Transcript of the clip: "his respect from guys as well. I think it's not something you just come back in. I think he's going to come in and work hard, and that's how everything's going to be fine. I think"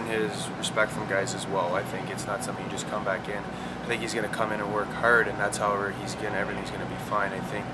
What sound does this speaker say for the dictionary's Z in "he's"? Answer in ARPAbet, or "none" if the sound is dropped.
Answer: Z